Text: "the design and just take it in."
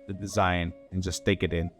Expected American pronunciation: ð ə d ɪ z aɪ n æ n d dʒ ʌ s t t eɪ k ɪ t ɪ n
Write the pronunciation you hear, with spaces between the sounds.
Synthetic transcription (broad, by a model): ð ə d ɪ z aɪ n n dʒ ʌ s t t eɪ k ɪ t ɪ n